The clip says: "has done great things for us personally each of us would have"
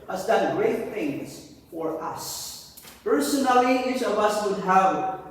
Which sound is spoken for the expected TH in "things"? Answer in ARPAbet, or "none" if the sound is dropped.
TH